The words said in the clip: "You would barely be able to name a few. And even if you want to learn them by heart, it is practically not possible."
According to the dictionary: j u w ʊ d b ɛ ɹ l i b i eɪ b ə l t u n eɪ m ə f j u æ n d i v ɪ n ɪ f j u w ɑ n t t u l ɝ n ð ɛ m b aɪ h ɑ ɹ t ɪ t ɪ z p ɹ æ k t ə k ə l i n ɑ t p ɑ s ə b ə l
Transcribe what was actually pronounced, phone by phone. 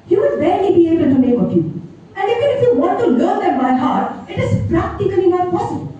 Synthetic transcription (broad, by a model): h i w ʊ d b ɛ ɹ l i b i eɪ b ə n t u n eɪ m ə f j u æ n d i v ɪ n ɪ f j u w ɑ n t t u l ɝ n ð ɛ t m aɪ h ɑ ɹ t ɪ t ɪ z p ɹ æ k t ə k ə l i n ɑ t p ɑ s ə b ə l